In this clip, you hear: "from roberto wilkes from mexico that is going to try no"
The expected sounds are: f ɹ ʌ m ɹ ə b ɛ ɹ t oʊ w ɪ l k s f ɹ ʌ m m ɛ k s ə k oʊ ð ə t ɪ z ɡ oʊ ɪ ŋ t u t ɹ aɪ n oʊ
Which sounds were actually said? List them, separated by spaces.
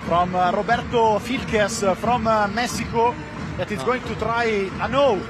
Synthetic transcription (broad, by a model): f ɹ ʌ m ɹ ə b ɛ ɹ t oʊ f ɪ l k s f ɹ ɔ m m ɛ s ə k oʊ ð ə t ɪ s ɡ oʊ ɪ ŋ t u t ɹ aɪ n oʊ